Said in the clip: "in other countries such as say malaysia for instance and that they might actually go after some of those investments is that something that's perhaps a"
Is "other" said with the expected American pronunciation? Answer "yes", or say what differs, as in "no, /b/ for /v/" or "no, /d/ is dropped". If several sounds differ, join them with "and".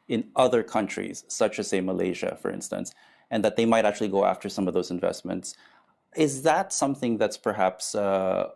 yes